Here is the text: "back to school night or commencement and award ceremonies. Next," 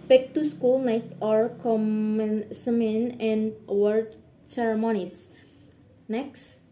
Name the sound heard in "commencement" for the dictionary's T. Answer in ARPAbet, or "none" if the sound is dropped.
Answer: none